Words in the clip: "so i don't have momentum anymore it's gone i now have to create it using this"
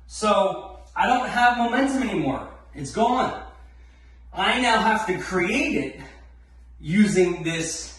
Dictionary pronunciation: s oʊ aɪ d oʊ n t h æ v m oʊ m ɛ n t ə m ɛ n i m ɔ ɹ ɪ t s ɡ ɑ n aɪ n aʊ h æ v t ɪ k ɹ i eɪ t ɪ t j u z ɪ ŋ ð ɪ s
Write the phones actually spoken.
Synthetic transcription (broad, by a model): s oʊ aɪ d oʊ n t h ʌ v m oʊ m ɛ n t ə m ɛ n i m ɔ ɹ ɪ t s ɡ ɑ n aɪ n aʊ h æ f t ɪ k ɹ i eɪ t ɪ t j u z ɪ ŋ ð ɪ s